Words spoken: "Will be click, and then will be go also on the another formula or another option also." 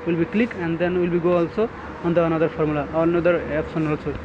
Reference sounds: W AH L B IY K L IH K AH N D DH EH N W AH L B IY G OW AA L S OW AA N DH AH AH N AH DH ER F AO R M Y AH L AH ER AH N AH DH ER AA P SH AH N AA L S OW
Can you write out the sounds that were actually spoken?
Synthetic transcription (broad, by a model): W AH L B IY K L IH K AH N D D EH N W AH L B IY G OW AA L S OW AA N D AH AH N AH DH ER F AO R M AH L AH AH N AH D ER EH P S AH N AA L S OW